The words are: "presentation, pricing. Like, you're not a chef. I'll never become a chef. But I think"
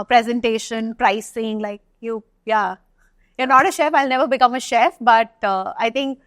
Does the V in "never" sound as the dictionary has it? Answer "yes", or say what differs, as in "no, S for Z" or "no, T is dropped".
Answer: yes